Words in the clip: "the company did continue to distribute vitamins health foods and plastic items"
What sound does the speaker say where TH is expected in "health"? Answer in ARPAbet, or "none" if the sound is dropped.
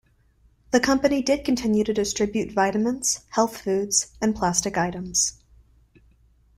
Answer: TH